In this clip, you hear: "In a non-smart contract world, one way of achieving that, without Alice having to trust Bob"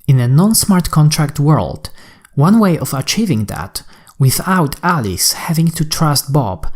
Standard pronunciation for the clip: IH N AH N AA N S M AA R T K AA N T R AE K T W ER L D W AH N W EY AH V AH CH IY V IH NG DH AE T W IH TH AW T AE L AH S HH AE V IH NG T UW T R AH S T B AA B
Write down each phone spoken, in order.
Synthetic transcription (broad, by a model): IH N AH N AA N S M AA R T K AA N T R AE K T W ER L D W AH N W EY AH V AH CH IY V IH NG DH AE T W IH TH AW T AE L AH S HH AE V IH NG T UW T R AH S T B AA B